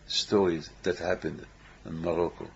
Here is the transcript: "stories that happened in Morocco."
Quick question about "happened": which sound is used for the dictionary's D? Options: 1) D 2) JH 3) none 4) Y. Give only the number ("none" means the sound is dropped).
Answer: 1